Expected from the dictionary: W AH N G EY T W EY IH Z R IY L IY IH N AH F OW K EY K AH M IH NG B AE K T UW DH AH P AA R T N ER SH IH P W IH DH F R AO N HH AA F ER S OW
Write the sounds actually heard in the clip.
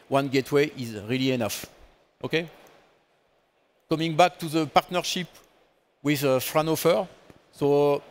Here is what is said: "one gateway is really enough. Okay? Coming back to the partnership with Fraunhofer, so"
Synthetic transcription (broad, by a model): W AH N G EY T W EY IH Z R IY L IY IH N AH F OW K EY K AH M IH NG B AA K T UW DH AH P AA R T N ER SH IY P W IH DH F R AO N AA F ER S OW